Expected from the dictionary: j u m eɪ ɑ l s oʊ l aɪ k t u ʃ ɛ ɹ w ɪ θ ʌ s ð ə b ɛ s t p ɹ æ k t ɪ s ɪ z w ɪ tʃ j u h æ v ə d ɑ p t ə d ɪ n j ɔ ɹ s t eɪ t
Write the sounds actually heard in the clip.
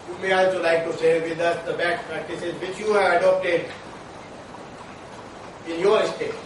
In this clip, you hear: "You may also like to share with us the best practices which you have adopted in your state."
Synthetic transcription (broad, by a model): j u m eɪ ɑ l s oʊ l aɪ k t u s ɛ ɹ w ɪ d ʌ s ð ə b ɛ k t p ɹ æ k t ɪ s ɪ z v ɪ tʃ j u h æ ə d ɑ p t ə d ɪ n j ɔ ɹ s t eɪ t